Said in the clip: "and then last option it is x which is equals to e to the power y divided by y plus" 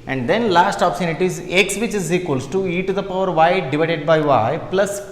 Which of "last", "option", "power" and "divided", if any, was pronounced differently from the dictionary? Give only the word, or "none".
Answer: option